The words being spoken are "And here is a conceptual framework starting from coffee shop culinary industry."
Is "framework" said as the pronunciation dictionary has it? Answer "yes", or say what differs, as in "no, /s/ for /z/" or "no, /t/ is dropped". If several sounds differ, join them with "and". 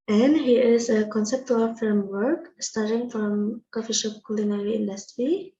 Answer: no, /ɹ/ is dropped